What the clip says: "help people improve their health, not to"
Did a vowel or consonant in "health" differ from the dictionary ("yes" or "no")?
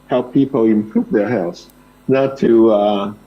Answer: yes